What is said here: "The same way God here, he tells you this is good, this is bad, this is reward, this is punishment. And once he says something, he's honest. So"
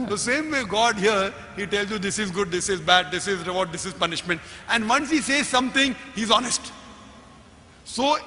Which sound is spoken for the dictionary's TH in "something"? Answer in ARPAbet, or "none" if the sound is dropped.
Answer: T